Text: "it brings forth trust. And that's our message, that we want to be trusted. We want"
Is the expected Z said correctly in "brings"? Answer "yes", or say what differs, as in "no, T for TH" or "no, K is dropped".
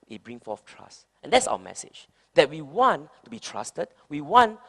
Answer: no, Z is dropped